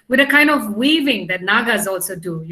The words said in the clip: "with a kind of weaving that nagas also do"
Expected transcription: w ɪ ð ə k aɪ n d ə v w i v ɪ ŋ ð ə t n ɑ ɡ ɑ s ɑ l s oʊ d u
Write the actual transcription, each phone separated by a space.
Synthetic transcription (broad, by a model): w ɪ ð ə k aɪ n d ə v w i v ɪ ŋ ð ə t n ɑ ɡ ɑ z ɑ l s oʊ d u